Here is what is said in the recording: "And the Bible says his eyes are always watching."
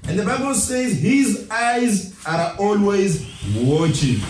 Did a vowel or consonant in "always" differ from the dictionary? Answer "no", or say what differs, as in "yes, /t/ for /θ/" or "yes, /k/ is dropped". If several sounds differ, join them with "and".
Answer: no